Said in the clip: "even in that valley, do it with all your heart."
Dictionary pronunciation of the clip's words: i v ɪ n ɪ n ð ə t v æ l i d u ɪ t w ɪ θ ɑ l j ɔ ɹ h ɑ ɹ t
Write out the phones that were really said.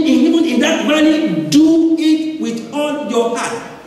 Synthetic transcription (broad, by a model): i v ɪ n ɪ n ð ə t b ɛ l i d u ɪ t w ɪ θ ɑ l j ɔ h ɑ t